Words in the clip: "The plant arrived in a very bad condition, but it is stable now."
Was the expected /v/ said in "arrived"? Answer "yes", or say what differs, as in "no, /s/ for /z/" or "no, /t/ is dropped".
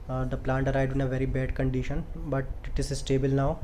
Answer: no, /v/ is dropped